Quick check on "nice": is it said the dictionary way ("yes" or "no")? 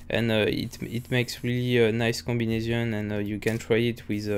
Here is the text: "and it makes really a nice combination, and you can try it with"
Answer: yes